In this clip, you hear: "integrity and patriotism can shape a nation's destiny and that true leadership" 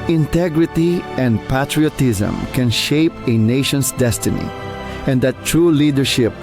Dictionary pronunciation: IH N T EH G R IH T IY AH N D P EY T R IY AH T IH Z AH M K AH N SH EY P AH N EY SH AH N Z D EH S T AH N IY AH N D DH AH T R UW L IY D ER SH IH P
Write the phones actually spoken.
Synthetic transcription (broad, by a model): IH N T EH G R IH T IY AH N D P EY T R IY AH T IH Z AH M K AH N SH EY P AH N EY SH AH N S D EH S T AH N IY AH N D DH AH T R UW L IY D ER SH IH P